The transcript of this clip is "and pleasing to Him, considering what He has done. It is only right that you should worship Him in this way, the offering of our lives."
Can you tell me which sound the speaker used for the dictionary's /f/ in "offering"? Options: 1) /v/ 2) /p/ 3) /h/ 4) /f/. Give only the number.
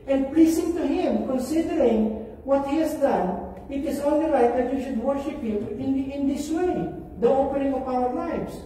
2